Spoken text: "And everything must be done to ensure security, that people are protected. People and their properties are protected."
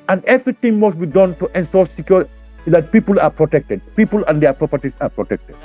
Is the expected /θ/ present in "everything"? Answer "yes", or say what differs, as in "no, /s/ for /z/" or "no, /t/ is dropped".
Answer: no, /t/ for /θ/